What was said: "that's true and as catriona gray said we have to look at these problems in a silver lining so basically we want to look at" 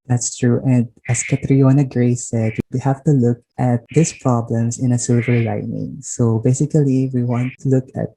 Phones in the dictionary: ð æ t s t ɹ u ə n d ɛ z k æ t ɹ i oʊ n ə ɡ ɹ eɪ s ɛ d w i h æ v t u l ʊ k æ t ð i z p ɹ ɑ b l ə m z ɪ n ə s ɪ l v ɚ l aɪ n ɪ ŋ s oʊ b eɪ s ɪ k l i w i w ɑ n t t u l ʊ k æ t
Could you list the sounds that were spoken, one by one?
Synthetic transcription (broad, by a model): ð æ t s t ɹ u ə n d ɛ s k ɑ t ɹ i oʊ n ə ɡ ɹ eɪ s ɛ d w i h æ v t u l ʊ k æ t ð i s p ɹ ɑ b l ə m s ɪ n ə s ɪ l v ɚ l aɪ n ɪ ŋ s oʊ b eɪ s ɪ k l i w i w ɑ n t t u l ʊ k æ t